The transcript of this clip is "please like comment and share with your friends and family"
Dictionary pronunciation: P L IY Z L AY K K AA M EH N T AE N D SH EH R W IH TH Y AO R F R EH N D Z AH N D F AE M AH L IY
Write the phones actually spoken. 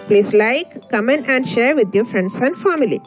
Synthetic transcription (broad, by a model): P L IY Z L AY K K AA M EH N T AE N D SH EH R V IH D Y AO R F R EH N D S AH N D F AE M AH L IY